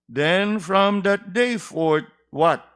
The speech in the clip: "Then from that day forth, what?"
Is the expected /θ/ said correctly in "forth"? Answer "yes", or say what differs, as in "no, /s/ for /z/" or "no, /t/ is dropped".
no, /t/ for /θ/